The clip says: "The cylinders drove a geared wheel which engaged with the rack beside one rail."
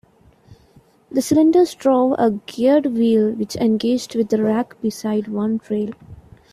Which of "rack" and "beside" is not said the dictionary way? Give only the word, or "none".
none